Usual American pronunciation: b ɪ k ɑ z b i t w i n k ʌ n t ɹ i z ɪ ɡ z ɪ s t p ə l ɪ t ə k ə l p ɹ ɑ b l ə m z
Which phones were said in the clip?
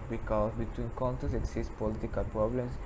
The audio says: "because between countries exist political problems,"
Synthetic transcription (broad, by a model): b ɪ k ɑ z b i t w i n k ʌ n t i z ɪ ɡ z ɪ s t p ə l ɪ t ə k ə l p ɹ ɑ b l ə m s